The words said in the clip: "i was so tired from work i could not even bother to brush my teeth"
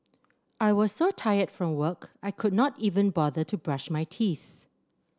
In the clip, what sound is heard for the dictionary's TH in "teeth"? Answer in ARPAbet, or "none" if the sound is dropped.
TH